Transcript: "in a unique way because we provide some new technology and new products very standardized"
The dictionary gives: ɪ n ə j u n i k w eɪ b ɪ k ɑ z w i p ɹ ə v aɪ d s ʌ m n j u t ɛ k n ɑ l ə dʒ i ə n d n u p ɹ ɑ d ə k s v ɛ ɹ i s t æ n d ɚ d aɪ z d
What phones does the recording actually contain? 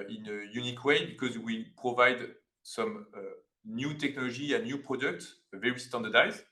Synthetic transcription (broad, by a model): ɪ n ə j u n i k w eɪ b ɪ k ɑ z w i p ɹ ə v aɪ d s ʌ m n j u t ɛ k n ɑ l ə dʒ i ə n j u p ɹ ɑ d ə k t v ɛ ɹ i s t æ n d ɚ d aɪ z